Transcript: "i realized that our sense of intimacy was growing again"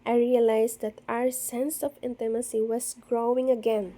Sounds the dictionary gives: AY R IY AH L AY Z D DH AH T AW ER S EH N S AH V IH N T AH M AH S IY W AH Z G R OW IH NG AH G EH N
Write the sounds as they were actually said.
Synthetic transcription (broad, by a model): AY R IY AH L AY S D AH T AW ER S EH N S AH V IH N T AH M AH S IY W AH S G R OW IH NG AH G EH N